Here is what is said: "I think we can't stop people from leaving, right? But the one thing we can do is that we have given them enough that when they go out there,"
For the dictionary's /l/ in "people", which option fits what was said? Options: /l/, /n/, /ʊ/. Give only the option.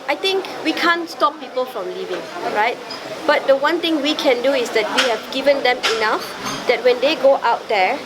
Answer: /l/